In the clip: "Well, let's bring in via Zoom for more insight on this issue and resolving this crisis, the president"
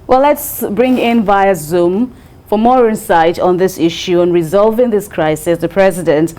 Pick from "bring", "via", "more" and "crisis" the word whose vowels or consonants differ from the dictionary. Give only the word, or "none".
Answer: none